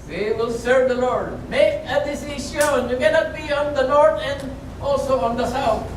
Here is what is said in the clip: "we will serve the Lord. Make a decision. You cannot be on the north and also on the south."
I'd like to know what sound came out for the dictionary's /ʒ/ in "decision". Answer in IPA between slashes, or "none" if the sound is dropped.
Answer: /s/